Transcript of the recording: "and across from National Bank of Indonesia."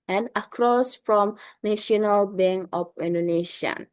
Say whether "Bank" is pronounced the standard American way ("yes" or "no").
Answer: no